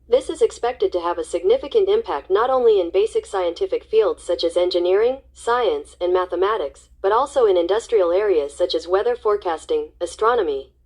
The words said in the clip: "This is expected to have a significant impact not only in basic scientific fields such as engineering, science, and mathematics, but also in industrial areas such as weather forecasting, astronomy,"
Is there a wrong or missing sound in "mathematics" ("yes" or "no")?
no